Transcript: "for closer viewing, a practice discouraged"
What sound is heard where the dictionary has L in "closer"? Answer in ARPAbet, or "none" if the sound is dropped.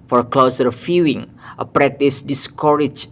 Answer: L